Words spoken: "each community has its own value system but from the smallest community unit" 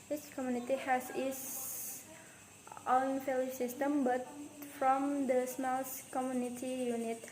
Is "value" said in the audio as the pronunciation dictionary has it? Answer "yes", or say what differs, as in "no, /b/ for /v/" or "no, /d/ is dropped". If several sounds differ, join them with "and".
no, /f/ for /v/